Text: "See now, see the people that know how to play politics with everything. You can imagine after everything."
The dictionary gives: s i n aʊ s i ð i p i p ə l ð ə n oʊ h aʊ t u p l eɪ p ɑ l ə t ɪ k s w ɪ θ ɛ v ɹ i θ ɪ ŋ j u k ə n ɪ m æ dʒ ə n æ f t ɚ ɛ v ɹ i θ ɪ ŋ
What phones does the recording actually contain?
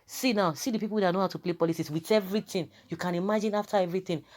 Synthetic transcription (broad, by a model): s i n aʊ s i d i p i p ə l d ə n oʊ h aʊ t u p l eɪ p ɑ l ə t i s w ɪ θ ɛ v ɹ i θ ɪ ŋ j u k ə n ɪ m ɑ dʒ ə n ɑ f t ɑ ɛ v ɹ i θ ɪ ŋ